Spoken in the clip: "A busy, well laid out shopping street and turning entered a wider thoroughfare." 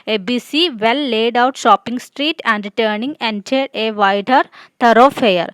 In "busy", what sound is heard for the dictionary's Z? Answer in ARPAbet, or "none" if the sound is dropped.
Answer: S